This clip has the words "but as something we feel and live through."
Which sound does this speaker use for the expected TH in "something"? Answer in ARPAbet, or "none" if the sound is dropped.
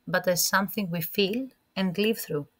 TH